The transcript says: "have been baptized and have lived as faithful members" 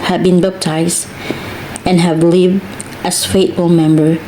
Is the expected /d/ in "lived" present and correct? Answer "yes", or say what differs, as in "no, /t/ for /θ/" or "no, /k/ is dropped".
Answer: yes